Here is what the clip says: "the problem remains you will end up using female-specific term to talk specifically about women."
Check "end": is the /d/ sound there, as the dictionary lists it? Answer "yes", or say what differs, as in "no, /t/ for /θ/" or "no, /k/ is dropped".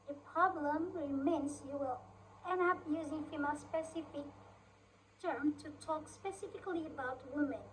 no, /d/ is dropped